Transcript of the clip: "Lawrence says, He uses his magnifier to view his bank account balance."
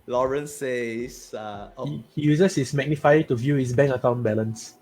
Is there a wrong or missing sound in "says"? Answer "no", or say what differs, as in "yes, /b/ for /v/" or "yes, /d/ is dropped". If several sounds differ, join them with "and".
yes, /z/ is dropped